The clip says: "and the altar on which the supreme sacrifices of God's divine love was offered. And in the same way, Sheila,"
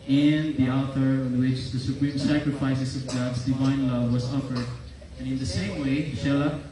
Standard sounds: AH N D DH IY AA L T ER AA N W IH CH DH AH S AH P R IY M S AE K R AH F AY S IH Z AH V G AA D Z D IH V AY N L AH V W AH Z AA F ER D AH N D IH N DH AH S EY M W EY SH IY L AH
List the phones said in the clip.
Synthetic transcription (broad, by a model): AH N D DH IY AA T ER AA N W IH CH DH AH S AH P R IY M S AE K R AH F AY S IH S AH V G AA D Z D IH V AY N L AH V W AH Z AA F ER D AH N IH N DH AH S EY M W EY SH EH L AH